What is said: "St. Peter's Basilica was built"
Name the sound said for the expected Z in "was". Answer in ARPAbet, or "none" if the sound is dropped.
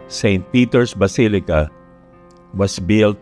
S